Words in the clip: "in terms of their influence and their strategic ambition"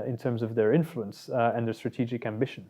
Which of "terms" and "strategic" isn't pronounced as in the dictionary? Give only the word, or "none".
none